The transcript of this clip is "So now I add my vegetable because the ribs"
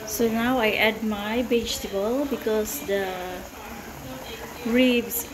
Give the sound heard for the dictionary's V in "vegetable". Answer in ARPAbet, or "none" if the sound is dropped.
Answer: B